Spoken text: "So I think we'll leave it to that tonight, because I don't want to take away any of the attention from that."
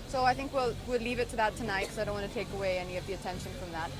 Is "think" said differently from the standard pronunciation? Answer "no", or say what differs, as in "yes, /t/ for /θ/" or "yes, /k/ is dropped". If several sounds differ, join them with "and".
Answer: no